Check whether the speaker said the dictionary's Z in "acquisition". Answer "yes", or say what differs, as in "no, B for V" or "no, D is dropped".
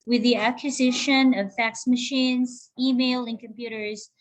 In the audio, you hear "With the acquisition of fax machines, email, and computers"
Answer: yes